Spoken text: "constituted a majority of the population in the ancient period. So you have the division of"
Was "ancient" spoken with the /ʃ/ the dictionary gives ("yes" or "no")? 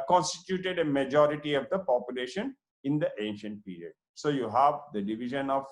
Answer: yes